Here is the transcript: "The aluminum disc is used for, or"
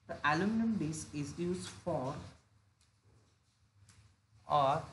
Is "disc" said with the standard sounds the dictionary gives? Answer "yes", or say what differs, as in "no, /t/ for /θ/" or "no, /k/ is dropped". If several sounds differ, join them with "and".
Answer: no, /k/ is dropped